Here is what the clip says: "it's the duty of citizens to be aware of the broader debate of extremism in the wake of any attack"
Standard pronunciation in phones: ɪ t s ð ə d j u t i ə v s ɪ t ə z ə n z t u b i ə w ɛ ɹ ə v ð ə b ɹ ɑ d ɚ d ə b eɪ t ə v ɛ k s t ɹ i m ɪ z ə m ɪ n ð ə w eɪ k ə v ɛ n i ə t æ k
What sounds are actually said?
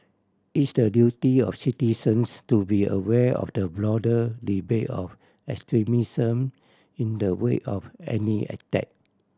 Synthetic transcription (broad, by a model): ɪ t s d ə d j u t i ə f s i t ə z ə n s t u b i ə w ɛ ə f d ə b l ɑ d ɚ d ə b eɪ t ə f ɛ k s t ɹ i m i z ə m ɪ n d ə w eɪ ə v ɛ n i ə t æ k